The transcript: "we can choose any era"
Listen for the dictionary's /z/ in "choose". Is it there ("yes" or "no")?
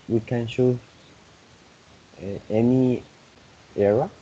no